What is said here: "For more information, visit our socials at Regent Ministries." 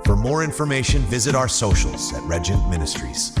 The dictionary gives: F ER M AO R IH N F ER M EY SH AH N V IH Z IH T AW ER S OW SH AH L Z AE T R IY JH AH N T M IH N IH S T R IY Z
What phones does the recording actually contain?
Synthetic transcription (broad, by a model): F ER M AO R IH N F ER M EY SH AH N V IH Z IH T AW ER S OW SH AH L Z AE T R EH JH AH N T M IH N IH S T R IY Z